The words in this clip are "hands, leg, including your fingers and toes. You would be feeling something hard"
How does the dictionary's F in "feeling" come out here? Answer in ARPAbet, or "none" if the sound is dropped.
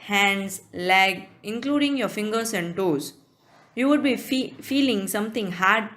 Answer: F